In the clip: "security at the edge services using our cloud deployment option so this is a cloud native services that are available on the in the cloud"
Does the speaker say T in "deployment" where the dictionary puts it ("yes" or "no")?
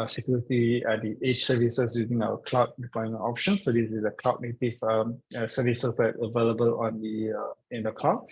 no